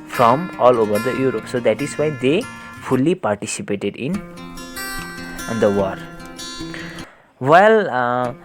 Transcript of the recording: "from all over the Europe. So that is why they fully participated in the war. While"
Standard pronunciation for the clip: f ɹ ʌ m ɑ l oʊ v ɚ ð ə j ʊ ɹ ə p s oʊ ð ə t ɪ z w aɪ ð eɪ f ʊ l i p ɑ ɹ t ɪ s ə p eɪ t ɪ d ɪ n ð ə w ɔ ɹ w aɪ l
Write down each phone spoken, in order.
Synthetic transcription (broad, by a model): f ɹ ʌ m ɑ l oʊ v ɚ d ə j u ɹ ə p s oʊ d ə t ɪ z w aɪ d eɪ p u l i p ɑ ɹ t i s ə p eɪ t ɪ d ɪ n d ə w ɔ ɹ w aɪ l